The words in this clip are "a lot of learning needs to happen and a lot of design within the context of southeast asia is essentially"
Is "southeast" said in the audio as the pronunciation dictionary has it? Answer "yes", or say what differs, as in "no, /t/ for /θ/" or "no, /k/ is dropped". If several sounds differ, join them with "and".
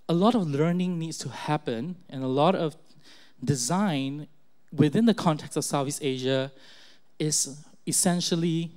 no, /t/ is dropped